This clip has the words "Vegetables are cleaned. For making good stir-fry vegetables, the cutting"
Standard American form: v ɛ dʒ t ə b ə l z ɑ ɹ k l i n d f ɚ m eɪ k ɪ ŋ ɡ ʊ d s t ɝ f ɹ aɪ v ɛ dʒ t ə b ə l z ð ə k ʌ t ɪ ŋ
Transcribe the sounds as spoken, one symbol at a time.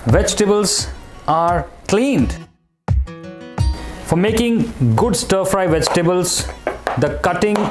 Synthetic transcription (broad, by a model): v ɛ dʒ t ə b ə l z ɑ ɹ k l i n d f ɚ m eɪ k ɪ ŋ ɡ ʊ d s t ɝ f ɹ aɪ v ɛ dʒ t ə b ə l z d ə k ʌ t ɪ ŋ